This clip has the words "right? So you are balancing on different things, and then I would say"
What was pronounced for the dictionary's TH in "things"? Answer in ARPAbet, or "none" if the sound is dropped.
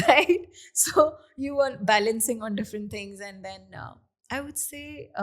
T